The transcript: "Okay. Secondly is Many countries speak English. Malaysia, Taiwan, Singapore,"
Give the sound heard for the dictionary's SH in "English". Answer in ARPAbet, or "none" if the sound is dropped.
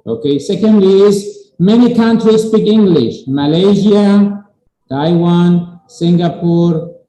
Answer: SH